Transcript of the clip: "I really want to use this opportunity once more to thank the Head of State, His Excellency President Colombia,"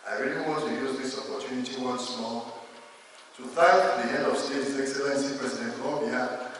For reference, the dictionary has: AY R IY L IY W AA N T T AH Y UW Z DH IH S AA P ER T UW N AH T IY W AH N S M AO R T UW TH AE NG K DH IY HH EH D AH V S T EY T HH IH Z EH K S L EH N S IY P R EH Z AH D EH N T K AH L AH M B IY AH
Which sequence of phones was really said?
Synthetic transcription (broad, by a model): AY R IY L IY W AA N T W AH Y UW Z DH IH S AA P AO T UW N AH T IY W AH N S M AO T UW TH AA K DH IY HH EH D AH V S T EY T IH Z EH K S L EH N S IY P R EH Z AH D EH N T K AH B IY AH